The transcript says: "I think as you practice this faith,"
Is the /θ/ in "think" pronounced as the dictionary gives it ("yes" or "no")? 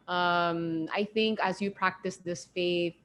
yes